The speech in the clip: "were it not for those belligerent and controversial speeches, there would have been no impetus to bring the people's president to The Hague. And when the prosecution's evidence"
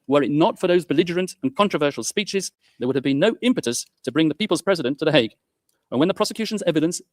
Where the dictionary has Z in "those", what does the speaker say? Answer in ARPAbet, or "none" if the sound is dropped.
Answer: Z